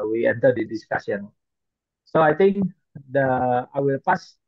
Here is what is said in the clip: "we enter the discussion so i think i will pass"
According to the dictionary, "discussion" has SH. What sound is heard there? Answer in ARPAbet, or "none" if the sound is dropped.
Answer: S